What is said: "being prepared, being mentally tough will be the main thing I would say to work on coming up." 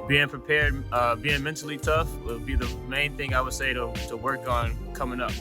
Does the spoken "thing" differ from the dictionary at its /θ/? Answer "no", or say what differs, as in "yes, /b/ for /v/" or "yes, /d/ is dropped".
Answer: no